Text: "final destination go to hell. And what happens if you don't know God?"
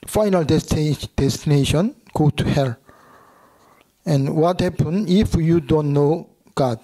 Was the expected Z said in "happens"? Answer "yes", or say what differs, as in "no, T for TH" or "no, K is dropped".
no, Z is dropped